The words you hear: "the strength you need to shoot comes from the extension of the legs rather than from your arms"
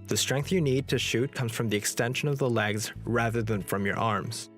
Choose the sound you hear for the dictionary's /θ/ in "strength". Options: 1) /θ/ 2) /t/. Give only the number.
1